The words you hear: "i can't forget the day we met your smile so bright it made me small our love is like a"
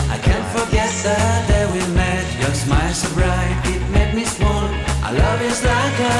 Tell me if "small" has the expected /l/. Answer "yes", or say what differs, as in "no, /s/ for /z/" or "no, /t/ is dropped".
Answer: no, /n/ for /l/